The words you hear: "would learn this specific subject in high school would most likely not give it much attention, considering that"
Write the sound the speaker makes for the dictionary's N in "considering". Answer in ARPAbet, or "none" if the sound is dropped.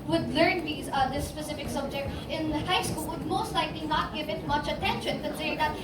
none